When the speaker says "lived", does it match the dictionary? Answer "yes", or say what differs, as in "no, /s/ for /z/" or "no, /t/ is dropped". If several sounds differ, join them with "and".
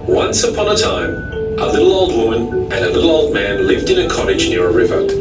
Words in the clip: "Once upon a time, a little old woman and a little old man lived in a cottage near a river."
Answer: yes